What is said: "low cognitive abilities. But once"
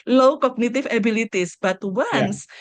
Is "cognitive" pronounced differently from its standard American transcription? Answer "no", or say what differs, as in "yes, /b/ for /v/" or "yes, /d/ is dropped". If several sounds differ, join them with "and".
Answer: yes, /f/ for /v/